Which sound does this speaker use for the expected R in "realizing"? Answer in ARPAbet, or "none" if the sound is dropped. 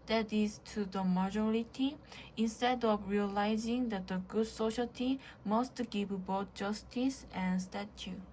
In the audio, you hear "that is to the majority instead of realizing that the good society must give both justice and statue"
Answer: R